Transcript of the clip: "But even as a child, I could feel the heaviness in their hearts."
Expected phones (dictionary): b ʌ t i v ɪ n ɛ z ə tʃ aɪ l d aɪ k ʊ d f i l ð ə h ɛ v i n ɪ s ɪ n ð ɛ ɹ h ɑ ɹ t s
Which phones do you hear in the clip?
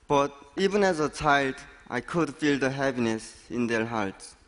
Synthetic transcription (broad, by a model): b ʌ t i v ɪ n ɛ z ə tʃ aɪ l d aɪ k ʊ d f i l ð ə h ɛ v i n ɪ s ɪ n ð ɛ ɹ h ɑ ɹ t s